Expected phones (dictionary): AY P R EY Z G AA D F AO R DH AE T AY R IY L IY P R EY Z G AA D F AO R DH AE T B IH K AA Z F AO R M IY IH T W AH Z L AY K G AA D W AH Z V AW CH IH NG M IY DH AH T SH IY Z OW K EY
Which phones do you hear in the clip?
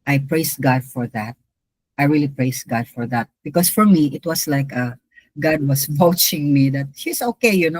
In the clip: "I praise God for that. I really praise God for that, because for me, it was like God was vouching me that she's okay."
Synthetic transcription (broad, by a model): AY P R EY S G AA D F AO R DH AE T AY R IY L IY P R EY S G AA D F AO R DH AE T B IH K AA S F AO R M IY IH T W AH S L AY K G AA D W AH S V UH CH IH NG M IY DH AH T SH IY S OW K EY